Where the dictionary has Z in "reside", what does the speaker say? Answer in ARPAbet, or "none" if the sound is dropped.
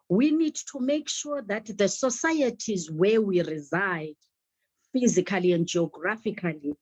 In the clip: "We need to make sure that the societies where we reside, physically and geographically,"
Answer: Z